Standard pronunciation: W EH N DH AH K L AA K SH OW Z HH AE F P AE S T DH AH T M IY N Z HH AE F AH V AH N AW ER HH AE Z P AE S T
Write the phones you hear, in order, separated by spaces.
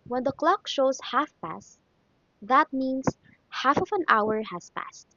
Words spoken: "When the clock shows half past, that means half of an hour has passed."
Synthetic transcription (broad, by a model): W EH N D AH K L AA K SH OW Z HH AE F P AE S T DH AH T M IY N S HH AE F AH V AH N AW ER HH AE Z P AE S T